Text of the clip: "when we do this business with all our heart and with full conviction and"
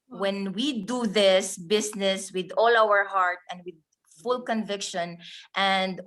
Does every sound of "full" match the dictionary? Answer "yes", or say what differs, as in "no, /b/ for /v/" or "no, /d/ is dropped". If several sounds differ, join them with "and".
yes